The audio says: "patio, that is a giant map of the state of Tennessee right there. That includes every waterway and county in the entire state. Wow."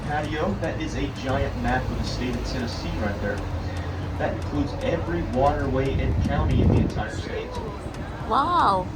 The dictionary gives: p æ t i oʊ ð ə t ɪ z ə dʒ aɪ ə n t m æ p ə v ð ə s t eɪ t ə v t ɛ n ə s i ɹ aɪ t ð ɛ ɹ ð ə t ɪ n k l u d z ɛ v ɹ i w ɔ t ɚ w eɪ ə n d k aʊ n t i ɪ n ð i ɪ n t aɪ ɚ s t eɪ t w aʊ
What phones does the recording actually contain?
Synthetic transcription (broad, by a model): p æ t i oʊ ð ə t ɪ z ə dʒ aɪ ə n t m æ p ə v ð ə s t eɪ t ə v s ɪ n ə s i ɹ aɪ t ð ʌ ɹ ð ə t ɪ n k l u d z ɛ v ɹ i w ɔ t ɚ w eɪ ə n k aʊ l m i ɪ n ð i ɪ n t aɪ ɚ s t eɪ t w aʊ